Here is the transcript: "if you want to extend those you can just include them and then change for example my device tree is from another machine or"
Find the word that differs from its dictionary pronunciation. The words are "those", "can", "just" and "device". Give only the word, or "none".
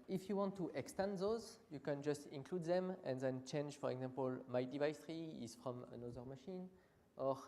none